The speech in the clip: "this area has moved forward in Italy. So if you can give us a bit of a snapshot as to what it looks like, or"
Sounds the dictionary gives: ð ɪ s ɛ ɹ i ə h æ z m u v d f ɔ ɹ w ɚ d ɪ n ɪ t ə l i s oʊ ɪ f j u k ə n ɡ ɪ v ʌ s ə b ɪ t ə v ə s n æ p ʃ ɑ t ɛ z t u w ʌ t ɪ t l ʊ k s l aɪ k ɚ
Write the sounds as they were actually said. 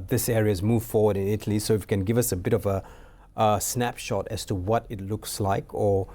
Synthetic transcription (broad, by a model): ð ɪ s ɛ ɹ i ə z m u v f ɔ ɹ w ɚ d ɪ n ɪ t ə l i s oʊ ɪ f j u k ə n ɡ ɪ v ʌ s ə b ɪ t ə v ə s n æ p ʃ ɑ t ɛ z t u w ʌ t ɪ t l ʊ k s l aɪ k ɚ